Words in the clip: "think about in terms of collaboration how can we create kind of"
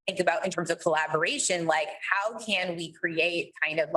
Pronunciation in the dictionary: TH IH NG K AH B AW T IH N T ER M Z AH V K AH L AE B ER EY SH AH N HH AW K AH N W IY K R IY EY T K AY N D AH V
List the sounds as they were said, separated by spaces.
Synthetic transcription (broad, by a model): IH NG K AH B AW T IH N T ER M Z AH V K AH L AE B ER EY SH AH N HH AW K AH N W IY K R IY EY T K AY N D AH V